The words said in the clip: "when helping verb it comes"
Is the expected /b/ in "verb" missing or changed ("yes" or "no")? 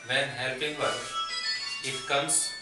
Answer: yes